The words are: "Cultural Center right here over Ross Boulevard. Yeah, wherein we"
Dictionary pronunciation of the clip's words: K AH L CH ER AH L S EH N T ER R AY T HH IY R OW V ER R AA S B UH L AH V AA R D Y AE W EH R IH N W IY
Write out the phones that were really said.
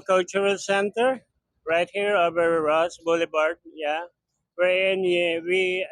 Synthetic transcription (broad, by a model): K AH L CH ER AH L S EH N T ER R AY T HH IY R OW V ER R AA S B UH L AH B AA R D Y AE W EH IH N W IY